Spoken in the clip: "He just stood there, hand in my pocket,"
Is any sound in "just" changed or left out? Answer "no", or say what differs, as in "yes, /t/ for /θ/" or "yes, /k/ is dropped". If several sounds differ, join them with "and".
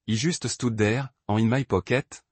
yes, /ʒ/ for /dʒ/